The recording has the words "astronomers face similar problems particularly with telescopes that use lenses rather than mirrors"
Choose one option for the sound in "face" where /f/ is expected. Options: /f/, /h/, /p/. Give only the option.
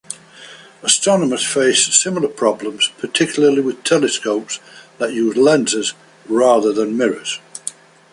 /f/